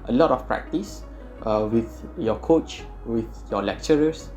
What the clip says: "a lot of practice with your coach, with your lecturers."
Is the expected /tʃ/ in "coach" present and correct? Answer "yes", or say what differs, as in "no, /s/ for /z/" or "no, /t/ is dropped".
yes